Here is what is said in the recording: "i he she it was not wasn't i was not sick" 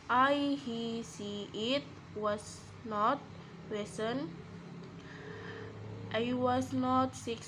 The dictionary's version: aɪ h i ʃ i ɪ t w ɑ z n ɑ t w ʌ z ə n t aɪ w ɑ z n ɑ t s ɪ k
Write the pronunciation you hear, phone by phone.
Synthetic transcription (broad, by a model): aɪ h i s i ɪ t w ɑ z n ɑ t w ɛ s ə n t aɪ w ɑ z n ɑ t s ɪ k